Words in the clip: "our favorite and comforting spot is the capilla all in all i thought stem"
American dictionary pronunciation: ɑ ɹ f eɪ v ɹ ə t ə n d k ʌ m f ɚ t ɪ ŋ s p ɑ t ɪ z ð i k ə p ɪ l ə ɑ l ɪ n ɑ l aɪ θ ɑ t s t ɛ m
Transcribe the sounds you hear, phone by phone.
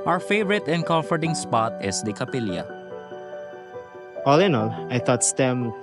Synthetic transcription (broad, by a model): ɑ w f eɪ v ɹ ə t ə n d k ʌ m f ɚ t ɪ ŋ s p ɑ t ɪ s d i k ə p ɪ l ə ɑ l ɪ n ɑ l aɪ t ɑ t s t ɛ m